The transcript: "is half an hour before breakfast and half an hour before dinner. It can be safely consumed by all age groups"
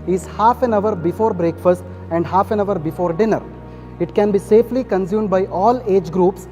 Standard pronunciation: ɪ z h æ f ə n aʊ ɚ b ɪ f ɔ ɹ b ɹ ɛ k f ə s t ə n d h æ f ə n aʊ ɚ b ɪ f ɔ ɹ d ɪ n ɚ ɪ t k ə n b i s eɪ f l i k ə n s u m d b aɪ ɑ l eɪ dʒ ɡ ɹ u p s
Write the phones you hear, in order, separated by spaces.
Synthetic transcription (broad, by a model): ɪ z h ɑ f ə n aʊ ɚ b ɪ f ɔ ɹ b ɹ ɛ k f ə s t ə n d h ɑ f ə n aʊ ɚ b ɪ f ɔ ɹ d ɪ n ɚ ɪ t k ə n b i s eɪ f l i k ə n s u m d b aɪ ɑ l eɪ dʒ ɡ ɹ u p s